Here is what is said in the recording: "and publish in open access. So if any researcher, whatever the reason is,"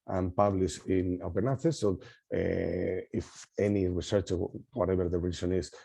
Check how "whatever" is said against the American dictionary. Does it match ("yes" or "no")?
no